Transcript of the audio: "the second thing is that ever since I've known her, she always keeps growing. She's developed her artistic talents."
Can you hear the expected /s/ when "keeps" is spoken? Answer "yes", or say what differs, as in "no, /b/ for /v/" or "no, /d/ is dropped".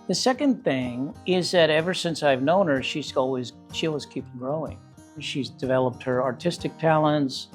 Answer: no, /s/ is dropped